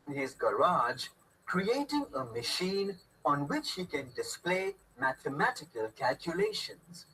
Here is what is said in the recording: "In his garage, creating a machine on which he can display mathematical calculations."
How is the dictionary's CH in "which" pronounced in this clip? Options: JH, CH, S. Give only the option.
CH